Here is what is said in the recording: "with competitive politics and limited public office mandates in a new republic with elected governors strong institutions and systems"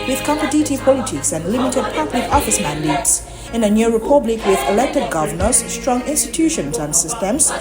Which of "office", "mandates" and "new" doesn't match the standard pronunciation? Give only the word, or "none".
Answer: none